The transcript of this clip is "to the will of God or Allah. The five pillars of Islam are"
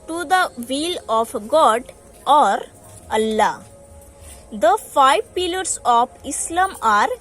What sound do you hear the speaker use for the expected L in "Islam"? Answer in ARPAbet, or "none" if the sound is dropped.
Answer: L